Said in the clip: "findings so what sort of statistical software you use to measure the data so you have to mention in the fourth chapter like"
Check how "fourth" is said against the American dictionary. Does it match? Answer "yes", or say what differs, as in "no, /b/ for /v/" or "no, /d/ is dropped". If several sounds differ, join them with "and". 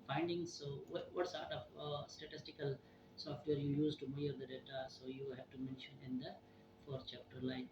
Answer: no, /t/ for /θ/